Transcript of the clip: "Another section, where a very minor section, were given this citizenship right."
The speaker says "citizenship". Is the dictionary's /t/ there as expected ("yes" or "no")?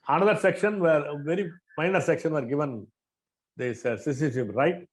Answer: no